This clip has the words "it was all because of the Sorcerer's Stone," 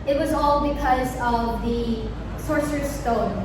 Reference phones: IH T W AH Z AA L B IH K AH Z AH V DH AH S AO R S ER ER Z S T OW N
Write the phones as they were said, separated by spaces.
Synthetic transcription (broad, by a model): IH T W AH Z AA L B IH K AH Z AH V DH AH S AO R S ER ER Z S T OW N